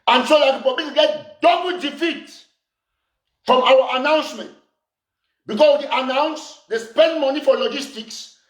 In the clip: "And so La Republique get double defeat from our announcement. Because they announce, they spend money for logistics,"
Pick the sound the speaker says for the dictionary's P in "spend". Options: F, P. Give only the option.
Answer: P